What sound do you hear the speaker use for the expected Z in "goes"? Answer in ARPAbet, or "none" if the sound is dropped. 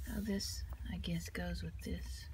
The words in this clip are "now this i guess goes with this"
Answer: Z